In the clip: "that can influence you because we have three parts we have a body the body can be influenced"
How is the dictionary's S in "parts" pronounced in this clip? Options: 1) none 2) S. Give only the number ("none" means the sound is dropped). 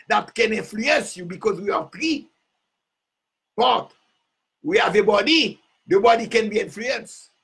1